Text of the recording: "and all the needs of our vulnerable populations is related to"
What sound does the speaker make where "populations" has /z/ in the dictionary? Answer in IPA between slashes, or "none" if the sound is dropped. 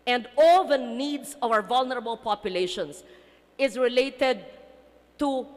/s/